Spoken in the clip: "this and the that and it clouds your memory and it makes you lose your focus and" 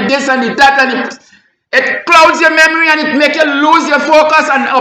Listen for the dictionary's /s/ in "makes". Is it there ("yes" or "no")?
no